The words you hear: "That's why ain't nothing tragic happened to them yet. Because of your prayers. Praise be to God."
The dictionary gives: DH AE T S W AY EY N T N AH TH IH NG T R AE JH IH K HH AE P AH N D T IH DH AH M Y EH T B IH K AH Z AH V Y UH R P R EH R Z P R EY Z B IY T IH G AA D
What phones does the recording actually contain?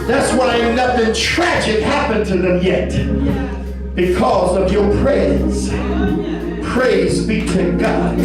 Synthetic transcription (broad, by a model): DH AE T S W AY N N AH TH IH NG T R AE JH IH K HH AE P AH N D T IH DH AH M Y EH T B IH K AH Z AH V Y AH R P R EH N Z P R EY Z B IY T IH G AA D